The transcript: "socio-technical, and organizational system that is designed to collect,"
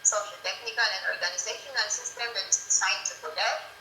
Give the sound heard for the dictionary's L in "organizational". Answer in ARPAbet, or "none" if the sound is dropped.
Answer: N